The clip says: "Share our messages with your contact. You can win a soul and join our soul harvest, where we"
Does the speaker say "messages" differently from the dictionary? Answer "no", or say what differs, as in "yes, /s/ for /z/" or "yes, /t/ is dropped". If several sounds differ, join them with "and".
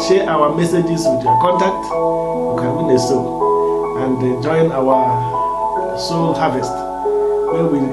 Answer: yes, /s/ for /z/